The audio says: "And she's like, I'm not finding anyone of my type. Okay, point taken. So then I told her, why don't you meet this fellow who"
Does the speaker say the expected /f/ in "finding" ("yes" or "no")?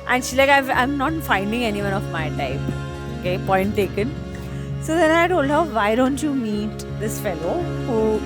yes